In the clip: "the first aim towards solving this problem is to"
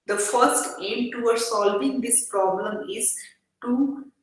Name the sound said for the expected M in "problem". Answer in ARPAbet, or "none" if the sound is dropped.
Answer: M